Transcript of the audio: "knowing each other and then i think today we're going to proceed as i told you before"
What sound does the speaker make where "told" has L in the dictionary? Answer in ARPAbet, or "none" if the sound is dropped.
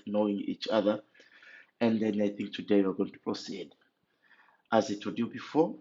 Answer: none